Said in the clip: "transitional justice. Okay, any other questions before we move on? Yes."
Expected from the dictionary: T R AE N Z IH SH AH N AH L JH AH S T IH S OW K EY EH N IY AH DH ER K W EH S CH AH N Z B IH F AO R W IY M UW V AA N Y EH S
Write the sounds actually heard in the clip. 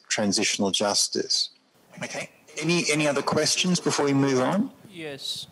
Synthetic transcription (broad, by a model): T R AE N Z IH SH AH N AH L JH AH S T IH S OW K EY EH N IY AH DH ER K W EH S CH AH N Z B IH F AO R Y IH M UW V N Y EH S